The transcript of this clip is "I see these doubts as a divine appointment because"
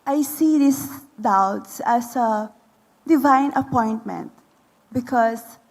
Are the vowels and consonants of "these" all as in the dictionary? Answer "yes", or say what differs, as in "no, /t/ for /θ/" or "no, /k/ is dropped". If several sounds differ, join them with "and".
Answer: no, /s/ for /z/